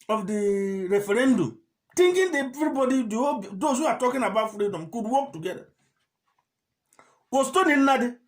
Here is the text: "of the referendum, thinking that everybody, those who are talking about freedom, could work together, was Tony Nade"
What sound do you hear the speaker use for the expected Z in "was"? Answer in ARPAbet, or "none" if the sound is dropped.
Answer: S